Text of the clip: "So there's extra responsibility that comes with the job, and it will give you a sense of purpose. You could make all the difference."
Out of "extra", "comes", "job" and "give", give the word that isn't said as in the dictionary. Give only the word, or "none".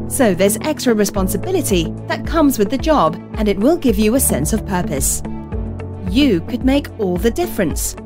none